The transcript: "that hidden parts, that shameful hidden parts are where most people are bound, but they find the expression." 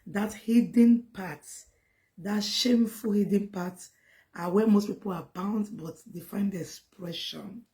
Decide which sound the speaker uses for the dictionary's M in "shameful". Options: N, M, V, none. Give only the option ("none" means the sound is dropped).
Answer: M